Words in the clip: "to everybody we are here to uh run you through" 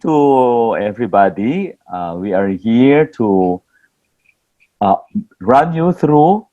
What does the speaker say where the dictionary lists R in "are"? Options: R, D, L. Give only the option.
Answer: R